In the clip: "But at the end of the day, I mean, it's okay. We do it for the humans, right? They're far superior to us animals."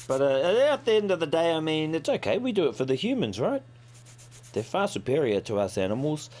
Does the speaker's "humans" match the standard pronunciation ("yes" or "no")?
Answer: yes